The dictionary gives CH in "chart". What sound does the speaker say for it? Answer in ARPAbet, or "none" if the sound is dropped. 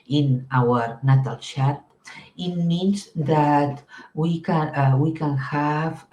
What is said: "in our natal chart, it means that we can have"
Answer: SH